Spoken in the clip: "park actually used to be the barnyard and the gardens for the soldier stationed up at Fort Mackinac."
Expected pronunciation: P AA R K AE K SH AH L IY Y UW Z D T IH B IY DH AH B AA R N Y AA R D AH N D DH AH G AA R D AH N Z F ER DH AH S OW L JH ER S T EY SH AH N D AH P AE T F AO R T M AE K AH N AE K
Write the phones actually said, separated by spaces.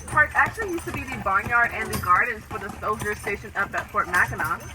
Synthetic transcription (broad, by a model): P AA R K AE K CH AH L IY Y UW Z T IH B IY DH AH B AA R N Y AA R D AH N DH AH G AA R D N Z F ER DH AH S OW L JH ER S T EY SH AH N AH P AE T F AO R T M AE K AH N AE